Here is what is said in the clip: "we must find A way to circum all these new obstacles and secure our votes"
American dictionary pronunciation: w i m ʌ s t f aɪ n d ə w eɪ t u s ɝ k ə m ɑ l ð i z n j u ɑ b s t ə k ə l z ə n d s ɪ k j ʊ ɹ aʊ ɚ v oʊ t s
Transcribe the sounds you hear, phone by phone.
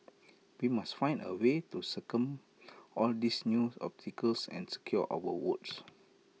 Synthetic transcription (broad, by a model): w i m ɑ s t f aɪ n d ə w eɪ t u s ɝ k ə m ɑ l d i s n j u ɑ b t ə k ə l s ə n s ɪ k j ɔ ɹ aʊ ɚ w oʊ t s